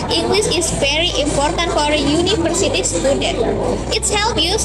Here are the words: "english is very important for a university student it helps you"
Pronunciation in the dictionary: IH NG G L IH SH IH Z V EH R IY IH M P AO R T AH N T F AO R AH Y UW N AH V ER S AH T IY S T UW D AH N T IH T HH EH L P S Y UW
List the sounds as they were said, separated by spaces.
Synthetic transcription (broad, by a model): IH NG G L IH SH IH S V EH R IY IH M P AO R T AH N T F AO R AH Y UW N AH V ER S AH T IY S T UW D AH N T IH T HH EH L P Y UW